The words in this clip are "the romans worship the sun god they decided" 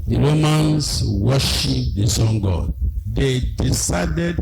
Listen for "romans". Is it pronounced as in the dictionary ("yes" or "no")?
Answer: no